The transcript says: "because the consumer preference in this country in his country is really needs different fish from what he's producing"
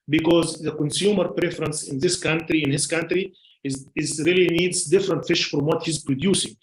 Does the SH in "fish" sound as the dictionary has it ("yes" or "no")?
yes